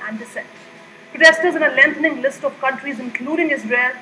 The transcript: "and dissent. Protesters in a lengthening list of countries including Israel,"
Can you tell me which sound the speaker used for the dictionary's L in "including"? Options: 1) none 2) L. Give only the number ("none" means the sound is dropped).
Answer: 2